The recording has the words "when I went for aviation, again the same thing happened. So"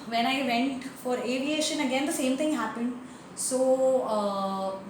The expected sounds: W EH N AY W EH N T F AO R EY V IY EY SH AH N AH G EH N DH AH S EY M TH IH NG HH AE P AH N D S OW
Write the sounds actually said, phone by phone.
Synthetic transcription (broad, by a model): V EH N AY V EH N T F AO R EY V IY EY SH AH N AH G EH N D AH S EY M T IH NG HH AE P AH N D S OW